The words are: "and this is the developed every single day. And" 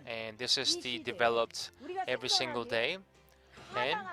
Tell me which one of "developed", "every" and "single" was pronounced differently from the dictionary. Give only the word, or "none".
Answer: none